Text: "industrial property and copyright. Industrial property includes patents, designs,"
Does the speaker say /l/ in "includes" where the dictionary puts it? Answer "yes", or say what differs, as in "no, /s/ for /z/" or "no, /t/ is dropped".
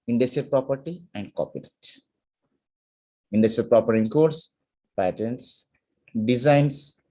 no, /l/ is dropped